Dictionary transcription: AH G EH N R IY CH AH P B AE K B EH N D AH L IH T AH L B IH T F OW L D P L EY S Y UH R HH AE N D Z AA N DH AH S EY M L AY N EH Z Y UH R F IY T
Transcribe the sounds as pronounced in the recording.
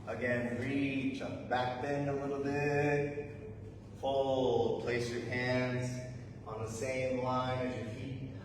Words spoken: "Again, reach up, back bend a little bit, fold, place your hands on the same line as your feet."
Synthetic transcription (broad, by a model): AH G EH N R IY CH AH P B AE K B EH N AH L IH T L B IH T F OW L P L EY S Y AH R HH AE N D Z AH N DH AH S EY M L AY N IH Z Y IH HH IY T